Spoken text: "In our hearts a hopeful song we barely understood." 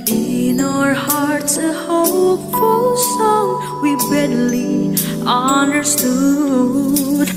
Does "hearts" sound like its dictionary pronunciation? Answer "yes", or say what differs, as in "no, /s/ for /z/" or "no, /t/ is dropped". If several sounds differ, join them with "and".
no, /s/ is dropped